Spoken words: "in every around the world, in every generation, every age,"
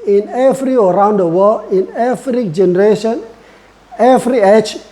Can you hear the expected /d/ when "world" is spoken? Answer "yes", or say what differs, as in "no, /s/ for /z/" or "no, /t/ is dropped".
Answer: no, /d/ is dropped